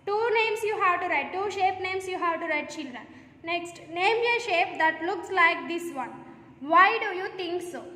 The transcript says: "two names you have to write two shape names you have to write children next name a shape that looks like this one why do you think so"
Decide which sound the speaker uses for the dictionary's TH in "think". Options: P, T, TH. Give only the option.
T